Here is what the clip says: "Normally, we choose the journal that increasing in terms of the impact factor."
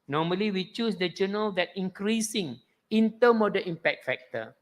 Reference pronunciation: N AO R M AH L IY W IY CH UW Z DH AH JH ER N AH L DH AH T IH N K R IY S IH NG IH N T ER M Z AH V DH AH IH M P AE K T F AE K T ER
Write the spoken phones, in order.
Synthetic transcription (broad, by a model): N AO M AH L IY W IY CH UW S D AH JH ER N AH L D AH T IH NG K R IY S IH NG IH N T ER M AH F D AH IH M P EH K T F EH K T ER